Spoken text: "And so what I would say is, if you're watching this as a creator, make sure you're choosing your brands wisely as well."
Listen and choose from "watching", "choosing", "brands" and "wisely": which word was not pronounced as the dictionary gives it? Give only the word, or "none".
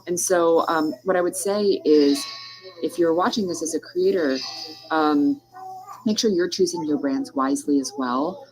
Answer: none